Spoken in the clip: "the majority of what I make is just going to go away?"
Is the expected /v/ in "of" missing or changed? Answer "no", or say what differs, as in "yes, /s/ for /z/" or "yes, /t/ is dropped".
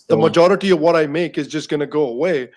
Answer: no